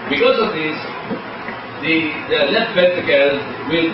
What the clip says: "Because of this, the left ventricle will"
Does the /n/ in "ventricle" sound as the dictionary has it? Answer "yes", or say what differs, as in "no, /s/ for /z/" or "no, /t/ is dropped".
no, /n/ is dropped